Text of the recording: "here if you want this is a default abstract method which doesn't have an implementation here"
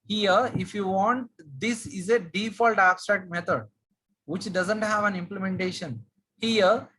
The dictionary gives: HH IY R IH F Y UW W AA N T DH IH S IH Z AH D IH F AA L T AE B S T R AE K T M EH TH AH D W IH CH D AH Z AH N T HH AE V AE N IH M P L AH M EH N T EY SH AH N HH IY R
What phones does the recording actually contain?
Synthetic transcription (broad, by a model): HH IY R IH F Y UW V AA N T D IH S IH Z AH D IH F AA L T AE B S T R AE K T M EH T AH D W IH CH D AH Z AH N T HH AE V AE N IH M P L AH M EH N T EY SH AH N HH IY R